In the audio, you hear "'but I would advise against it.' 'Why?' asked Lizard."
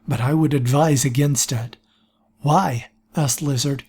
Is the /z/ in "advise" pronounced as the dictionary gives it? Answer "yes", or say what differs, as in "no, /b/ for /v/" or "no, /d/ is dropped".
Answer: yes